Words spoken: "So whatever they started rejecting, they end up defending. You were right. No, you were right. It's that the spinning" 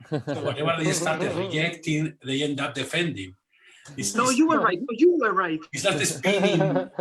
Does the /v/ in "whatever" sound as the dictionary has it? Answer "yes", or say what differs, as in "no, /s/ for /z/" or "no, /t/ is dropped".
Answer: no, /b/ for /v/